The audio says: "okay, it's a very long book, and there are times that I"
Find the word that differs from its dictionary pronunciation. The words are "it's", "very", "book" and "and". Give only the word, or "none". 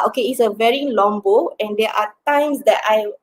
book